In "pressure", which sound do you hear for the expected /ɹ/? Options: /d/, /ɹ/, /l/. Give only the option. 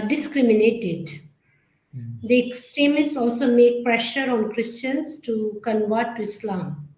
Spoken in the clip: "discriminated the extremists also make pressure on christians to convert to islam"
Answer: /ɹ/